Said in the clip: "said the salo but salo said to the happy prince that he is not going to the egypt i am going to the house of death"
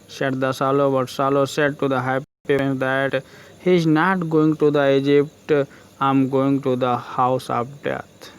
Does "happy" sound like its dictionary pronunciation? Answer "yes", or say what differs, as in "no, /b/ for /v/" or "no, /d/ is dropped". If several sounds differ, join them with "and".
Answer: no, /p/ is dropped